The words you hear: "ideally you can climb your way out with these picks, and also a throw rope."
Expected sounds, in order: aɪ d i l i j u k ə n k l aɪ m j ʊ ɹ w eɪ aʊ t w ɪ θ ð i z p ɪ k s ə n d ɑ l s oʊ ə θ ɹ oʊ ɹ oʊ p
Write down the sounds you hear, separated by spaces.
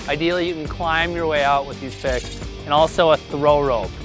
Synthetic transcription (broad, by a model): aɪ d i l i j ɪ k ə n k l aɪ m j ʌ ɹ w eɪ aʊ t w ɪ ð i z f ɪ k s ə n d ɑ l s oʊ ə θ ɹ oʊ ɹ oʊ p